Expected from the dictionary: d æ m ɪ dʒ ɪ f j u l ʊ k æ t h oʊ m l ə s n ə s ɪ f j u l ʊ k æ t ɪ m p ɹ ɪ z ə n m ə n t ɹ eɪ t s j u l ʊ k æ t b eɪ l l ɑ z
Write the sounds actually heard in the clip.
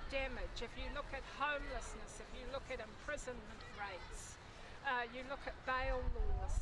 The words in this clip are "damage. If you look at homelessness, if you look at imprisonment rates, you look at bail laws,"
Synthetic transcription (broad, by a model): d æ m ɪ dʒ ɪ f j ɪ l ʊ k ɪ t h oʊ m l ə s n ə s ɪ f j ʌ l ʊ k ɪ t ɪ m p ɹ ɪ z ə n m ə n t ɹ eɪ t s j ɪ l ʊ k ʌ t b eɪ l l ɑ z